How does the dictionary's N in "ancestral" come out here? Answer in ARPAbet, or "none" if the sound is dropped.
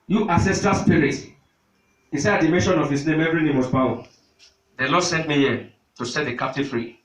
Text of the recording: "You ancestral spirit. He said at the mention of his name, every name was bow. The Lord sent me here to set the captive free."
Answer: none